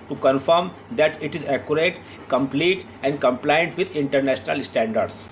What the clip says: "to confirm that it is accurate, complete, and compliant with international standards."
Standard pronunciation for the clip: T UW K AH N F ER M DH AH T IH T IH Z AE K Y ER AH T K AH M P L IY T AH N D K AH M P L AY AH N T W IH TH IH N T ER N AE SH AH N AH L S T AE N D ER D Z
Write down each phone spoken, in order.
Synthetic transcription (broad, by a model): T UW K AH N F ER M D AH T IH T IH Z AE K Y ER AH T K AH M P L IY T AH N D K AH M P L AY AH N T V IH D IH N T ER N AE SH AH N AH L S T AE N D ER D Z